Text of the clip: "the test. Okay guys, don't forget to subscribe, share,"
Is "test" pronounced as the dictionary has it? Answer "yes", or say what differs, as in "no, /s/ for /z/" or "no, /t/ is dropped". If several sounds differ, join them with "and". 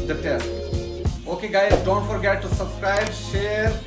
no, /s/ is dropped